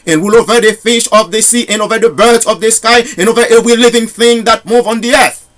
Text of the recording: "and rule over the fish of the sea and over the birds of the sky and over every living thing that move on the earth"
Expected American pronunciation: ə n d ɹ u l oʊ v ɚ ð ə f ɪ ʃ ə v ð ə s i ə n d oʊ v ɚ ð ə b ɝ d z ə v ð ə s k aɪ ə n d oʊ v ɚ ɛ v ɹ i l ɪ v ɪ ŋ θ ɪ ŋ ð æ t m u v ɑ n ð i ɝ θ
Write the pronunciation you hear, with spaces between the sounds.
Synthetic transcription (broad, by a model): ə n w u l oʊ v ɚ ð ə f ɪ ʃ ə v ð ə s i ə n oʊ v ɚ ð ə b ɝ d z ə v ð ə s k aɪ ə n oʊ v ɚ ɛ v ɹ i l ɪ v ɪ ŋ θ ɪ ŋ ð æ t m u v ɑ n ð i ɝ θ